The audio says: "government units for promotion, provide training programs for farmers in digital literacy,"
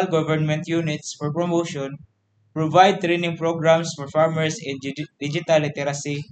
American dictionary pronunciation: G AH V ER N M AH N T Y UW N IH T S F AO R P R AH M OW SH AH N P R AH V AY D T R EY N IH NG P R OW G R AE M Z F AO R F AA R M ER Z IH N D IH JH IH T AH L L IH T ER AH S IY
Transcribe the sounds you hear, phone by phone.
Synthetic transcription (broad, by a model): G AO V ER N M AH N T Y UW N IH T S F AO R P R AH M OW SH AH N P R AH V AY D T R EY N IH NG P R OW G R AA M S F AO R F AA R M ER S IH N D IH JH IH T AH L L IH T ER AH S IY